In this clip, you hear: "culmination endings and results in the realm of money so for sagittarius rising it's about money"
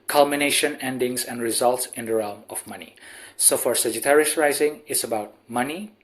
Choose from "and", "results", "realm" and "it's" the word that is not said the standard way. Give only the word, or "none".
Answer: none